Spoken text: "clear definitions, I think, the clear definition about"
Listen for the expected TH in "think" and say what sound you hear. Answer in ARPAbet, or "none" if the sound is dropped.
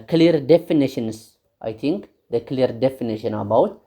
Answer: T